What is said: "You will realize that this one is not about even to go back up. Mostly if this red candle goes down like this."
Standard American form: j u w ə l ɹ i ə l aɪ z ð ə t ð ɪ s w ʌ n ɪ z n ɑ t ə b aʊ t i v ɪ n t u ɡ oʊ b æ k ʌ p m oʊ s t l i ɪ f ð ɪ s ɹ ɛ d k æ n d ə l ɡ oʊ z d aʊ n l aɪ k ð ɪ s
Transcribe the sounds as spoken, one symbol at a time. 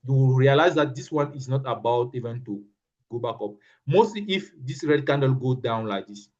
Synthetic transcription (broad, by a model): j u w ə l ɹ i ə l aɪ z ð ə t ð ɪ s w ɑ n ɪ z n ɑ t ə b aʊ t i v ɪ n t u ɡ oʊ b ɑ k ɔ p m oʊ s t l i ɪ f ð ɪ s ɹ ɛ d k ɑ n d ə l ɡ oʊ d aʊ n l aɪ k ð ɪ s